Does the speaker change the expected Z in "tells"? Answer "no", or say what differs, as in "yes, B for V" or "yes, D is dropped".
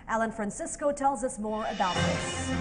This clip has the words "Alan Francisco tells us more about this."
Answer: no